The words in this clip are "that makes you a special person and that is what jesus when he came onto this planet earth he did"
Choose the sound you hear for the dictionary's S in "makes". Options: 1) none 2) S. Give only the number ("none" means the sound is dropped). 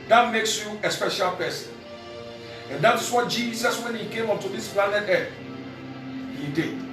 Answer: 2